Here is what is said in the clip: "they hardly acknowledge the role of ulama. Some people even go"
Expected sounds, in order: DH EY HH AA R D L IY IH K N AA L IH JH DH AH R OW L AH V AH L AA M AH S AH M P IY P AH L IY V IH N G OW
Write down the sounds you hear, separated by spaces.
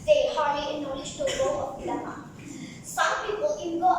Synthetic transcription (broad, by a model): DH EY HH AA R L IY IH N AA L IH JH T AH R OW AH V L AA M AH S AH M P IY P AH L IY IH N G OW